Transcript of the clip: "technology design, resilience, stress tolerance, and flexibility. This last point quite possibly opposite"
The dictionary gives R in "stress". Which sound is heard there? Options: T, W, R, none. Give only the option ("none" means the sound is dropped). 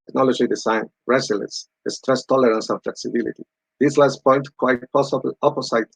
R